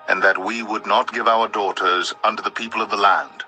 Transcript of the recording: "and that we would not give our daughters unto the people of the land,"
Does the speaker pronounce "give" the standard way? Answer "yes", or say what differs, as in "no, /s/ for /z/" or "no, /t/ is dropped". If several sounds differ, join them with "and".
yes